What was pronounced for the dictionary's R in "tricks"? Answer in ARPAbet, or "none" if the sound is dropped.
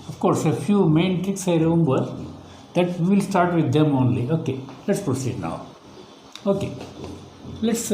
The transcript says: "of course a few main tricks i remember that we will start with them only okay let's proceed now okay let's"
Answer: none